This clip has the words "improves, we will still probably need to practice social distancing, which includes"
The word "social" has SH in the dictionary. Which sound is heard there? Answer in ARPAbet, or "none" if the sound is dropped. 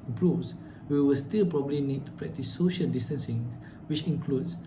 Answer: SH